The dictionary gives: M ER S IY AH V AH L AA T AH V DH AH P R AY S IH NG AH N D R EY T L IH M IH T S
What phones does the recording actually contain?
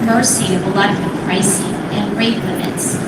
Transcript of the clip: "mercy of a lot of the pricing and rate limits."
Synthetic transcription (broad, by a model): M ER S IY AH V AH L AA AH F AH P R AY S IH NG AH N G R EY T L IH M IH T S